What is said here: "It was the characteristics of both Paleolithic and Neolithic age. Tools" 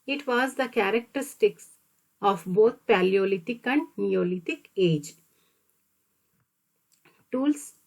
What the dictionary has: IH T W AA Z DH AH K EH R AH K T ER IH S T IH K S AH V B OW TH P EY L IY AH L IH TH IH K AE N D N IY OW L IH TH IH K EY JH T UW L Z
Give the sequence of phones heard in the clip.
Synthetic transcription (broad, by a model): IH T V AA Z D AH K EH R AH K T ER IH S T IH K S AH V B OW T P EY L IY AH L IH T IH K AE N D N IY OW L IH T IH K EY JH T UW L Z